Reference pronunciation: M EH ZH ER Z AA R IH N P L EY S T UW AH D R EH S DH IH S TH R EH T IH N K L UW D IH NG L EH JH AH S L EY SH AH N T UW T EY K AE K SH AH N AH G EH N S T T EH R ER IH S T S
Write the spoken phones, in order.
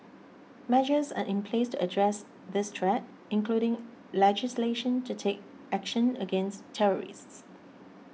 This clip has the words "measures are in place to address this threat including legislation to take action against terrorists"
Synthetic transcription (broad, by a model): M EH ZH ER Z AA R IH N P L EY S T UW AH D R EH S DH IH S T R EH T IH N K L UW D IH NG L EH JH AH S L EY SH AH N T UW T EY K AE K SH AH N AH G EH N S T T EH R ER IH S T S